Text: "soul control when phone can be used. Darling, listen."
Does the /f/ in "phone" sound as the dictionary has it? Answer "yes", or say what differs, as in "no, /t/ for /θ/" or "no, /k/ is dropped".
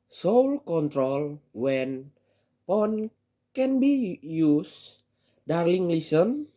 no, /p/ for /f/